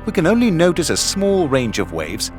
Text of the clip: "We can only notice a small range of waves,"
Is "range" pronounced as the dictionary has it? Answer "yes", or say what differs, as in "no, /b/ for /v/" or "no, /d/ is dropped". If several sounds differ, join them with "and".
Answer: yes